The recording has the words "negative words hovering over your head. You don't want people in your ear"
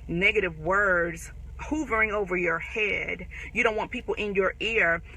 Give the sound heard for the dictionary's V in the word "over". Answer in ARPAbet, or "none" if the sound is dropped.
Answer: V